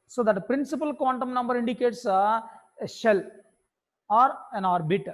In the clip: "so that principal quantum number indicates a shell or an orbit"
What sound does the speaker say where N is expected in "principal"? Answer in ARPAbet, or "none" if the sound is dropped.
N